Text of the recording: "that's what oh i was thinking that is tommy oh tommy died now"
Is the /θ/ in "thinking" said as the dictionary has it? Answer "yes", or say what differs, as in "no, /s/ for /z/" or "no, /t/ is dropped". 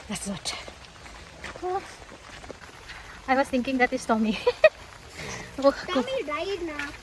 no, /t/ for /θ/